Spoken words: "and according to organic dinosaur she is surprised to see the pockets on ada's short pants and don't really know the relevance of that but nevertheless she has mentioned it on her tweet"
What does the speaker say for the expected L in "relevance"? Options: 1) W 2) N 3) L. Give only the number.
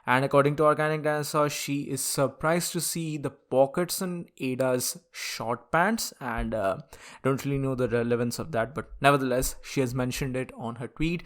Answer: 3